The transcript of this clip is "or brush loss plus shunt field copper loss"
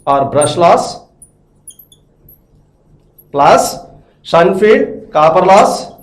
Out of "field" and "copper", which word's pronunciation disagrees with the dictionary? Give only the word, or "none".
field